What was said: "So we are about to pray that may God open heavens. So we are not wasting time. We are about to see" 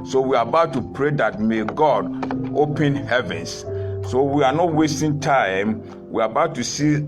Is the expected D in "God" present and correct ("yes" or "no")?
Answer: yes